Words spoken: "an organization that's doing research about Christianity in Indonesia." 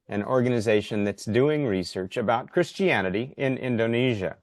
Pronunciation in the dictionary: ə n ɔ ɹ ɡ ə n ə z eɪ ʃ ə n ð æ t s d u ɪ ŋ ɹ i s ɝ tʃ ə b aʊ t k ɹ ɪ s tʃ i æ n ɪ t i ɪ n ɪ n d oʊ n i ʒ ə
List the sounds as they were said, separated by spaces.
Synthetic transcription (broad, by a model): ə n ɔ ɹ ɡ ə n ə z eɪ ʃ ə n ð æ t s d u ɪ ŋ ɹ i s ɝ tʃ ə b aʊ t k ɹ ɪ s tʃ i æ n ɪ t i ɪ n ɪ n d oʊ n i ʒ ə